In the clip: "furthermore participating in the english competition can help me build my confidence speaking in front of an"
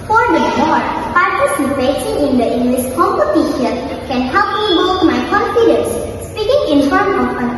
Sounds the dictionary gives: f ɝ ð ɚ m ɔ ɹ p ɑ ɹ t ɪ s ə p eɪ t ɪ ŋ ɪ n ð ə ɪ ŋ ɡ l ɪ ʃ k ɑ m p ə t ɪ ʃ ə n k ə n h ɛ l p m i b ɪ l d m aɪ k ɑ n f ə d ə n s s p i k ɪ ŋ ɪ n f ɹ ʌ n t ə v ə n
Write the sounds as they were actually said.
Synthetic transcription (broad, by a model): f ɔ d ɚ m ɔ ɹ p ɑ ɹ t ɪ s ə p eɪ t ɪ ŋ ɪ n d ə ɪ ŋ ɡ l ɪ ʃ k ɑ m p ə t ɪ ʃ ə k ə n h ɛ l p m i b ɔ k m aɪ k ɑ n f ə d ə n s s p i k ɪ ŋ ɪ n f ʌ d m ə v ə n